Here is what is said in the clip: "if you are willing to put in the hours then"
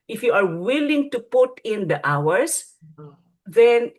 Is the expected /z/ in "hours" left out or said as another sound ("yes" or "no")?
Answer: yes